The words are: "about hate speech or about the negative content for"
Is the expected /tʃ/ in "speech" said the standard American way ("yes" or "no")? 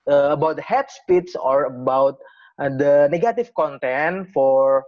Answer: no